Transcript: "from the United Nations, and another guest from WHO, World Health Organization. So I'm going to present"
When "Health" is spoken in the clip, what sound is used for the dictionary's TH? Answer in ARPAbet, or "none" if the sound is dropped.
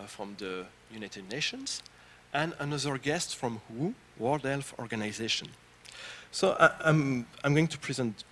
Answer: F